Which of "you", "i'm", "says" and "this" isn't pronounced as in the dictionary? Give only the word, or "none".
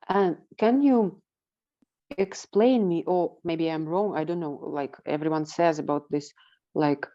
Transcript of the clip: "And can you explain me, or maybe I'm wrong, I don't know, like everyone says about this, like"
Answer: none